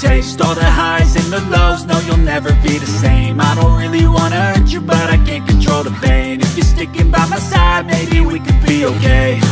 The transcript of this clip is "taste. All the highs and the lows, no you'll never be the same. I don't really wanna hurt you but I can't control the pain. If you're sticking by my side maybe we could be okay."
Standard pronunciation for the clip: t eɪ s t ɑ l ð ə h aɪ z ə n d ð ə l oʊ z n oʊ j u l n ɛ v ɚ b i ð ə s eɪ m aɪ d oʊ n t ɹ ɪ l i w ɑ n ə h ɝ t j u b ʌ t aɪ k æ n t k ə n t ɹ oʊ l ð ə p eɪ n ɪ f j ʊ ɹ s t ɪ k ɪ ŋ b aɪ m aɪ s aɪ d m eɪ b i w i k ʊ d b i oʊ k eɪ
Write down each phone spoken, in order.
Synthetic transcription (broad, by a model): eɪ s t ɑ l ð ə h aɪ z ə n ð ə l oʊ z n oʊ j u l n ɛ v ɚ b i ð ə s eɪ m aɪ d oʊ n t ɹ ɪ l i w ɑ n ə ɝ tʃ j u b ʌ t aɪ k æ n k ə n t ɹ oʊ l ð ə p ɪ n ɪ f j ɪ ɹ s t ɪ k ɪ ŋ b aɪ m aɪ s aɪ d m eɪ b i w i k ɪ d b i oʊ k eɪ